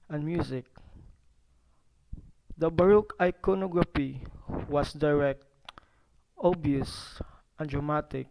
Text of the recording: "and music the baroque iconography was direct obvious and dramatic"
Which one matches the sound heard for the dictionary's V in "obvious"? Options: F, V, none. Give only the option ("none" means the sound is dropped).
none